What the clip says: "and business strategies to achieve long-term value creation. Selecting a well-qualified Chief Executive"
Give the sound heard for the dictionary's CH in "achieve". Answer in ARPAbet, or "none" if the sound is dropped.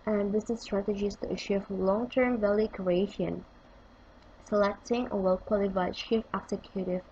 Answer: SH